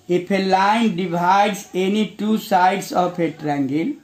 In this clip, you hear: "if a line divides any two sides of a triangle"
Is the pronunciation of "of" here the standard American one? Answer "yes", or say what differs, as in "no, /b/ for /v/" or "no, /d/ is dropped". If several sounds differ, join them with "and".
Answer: no, /p/ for /v/